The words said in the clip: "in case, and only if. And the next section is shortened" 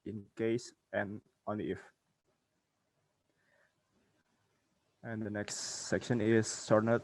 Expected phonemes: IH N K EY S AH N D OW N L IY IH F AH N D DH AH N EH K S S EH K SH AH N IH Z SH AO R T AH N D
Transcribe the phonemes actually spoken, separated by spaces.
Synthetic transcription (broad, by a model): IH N K EY S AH N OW N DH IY IH F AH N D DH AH N EH K S S EH K SH AH N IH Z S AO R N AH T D